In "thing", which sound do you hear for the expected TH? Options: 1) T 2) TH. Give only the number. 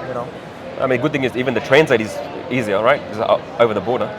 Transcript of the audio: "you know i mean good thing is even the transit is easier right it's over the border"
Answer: 2